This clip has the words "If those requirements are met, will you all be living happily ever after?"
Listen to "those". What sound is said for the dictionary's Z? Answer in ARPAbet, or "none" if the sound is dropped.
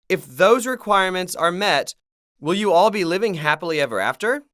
Z